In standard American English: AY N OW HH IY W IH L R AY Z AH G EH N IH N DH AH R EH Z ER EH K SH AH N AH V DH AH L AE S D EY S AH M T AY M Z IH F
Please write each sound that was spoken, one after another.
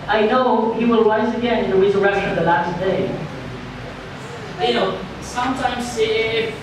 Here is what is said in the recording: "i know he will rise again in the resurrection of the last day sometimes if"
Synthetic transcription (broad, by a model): AY N OW HH IY W IH L W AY S AH G EH N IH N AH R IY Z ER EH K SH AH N AH V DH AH L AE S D EY S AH M T AY M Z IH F